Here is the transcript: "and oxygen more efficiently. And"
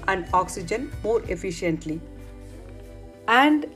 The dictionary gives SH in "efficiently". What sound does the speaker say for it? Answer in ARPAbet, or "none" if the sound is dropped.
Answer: SH